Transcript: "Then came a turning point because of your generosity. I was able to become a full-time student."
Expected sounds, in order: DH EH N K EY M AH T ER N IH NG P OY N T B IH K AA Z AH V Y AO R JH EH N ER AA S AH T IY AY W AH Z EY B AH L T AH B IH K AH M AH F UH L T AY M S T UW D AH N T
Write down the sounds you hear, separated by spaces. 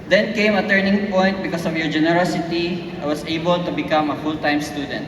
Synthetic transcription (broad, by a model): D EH N K EY M AH T ER N IH NG P OY N T B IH K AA S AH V Y AO R JH EH N ER AA S AH T IY AY W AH S EY B AH L T AH B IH K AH M AH F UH L T AY M S T UW D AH N T